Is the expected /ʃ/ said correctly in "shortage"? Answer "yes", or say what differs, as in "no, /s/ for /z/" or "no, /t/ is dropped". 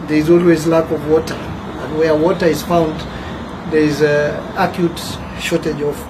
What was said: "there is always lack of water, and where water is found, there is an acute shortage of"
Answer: yes